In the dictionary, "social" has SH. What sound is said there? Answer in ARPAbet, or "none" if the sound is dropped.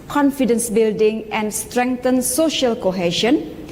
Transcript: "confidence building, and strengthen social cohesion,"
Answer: SH